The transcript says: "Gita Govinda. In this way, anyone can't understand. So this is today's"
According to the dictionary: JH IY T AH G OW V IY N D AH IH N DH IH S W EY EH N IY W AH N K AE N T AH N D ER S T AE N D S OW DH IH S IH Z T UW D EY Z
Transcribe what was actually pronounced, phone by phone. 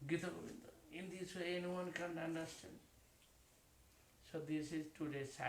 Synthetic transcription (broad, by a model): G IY T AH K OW B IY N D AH IH N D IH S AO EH N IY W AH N K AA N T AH N D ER S T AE N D S OW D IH S IH Z T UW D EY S